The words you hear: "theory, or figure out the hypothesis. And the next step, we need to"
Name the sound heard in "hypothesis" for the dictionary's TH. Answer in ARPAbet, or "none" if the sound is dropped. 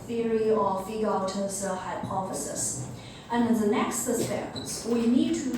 F